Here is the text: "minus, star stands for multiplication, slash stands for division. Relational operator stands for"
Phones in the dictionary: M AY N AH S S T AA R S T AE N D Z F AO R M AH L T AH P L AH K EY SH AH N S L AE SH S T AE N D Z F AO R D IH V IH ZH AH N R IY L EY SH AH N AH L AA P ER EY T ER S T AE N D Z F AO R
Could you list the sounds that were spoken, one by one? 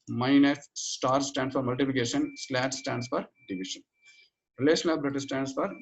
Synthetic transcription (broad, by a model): M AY N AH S S T AA R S T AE N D S F AO R M AH L T AH P L AH K EY SH AH N S L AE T S T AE N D S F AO R D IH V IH SH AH N R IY L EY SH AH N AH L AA B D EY T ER S T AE N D S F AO R